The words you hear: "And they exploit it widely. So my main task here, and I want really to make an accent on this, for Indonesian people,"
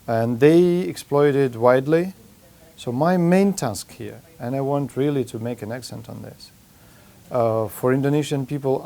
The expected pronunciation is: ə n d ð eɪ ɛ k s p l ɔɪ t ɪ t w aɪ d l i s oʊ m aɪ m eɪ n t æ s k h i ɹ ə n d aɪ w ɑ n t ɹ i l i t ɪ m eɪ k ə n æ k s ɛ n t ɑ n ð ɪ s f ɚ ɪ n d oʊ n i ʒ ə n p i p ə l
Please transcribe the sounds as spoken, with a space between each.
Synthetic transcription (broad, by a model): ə n ð eɪ ɛ k s p l ɔɪ t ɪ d w aɪ d l i s oʊ m aɪ m eɪ n t æ s k h i ɹ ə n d aɪ w ɑ n t ɹ i l i t ɪ m eɪ k ə n æ k s ɛ n t n ð ɪ s f ɚ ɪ n d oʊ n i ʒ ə n p i p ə l